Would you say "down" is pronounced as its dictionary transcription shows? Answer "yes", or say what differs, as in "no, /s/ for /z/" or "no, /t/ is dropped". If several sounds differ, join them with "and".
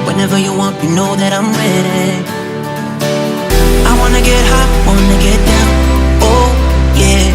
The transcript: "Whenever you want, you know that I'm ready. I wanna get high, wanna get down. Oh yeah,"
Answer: no, /n/ is dropped